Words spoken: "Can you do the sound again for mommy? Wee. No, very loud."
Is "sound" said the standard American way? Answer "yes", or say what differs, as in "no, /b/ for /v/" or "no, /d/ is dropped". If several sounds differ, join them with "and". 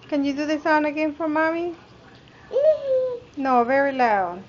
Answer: no, /d/ is dropped